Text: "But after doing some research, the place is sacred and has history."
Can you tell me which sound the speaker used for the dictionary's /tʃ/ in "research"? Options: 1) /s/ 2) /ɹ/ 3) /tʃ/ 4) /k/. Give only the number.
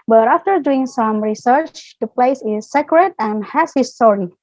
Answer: 3